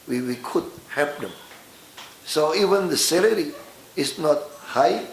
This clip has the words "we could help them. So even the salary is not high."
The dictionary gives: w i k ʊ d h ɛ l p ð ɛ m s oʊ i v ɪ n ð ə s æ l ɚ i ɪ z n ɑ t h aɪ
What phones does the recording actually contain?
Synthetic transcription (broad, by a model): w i k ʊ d h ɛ p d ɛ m s oʊ i v ɪ n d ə s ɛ l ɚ i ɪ s n ɑ t h aɪ